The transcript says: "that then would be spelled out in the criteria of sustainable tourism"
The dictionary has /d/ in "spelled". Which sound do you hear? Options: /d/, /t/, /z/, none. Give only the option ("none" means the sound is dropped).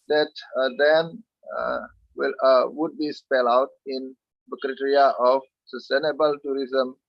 none